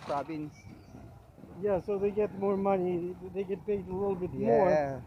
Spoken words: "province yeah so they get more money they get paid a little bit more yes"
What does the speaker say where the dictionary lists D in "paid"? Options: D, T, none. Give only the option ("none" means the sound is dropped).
none